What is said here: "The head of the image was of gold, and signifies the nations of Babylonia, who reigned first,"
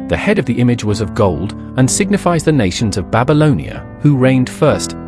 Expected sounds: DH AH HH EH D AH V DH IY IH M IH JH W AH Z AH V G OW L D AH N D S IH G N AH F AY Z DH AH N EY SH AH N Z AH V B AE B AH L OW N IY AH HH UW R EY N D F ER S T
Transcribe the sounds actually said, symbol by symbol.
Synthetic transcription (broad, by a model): DH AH HH EH D AH V DH IY IH M IH JH W AH Z AH V G OW L D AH N S IH G N AH F AY Z DH AH N EY SH N Z AH V B AE B AH L OW N IY AH HH UW R EY N D F ER S T